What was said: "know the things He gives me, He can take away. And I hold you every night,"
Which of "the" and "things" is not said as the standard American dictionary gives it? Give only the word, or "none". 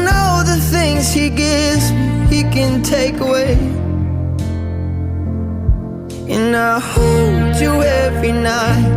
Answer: none